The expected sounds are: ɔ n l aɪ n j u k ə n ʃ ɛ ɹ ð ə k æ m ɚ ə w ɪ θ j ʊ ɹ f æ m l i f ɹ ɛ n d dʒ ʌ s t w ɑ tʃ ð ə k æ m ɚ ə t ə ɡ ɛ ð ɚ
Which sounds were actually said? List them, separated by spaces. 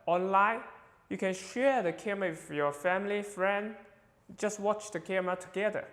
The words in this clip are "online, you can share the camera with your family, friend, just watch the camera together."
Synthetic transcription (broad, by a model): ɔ n l aɪ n j u k ə n ʃ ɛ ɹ ð ə k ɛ m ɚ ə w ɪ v j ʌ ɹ f æ m l i f ɹ ɛ n d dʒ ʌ s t w ɑ tʃ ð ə k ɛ m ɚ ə t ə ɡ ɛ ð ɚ